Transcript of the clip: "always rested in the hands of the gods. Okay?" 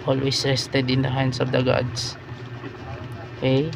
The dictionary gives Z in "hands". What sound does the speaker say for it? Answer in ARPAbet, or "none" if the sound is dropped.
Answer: S